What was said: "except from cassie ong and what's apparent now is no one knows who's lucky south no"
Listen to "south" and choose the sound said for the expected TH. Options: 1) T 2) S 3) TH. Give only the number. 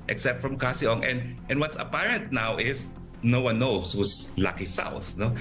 3